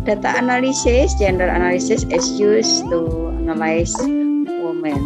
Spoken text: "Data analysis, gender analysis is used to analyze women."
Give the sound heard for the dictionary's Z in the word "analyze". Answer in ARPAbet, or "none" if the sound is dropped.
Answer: S